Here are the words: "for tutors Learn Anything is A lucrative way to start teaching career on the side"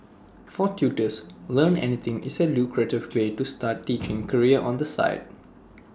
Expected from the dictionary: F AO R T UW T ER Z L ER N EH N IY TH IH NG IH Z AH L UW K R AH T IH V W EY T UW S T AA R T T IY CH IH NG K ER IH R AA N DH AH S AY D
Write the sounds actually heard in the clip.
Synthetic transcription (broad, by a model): F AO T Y UW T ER S L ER N EH N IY T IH NG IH S AH L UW K R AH T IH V W EY T UW S T AA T T IY CH IH NG K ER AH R AA N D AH S AY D